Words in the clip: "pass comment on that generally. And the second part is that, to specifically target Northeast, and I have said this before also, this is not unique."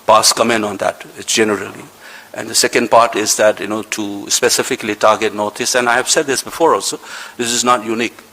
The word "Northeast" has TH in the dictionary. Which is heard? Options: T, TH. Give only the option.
T